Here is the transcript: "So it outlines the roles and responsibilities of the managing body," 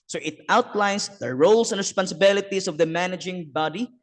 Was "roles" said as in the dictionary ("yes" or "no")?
no